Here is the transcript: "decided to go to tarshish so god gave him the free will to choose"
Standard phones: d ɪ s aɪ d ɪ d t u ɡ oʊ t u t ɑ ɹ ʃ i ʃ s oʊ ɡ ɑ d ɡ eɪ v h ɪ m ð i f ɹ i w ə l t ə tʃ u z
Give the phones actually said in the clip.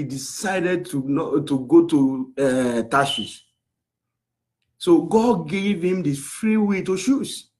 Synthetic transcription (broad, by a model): d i s aɪ d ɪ d t u ɡ oʊ t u t ɑ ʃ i s s oʊ ɡ ɑ d ɡ eɪ v h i m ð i f ɹ i w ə t ə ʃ u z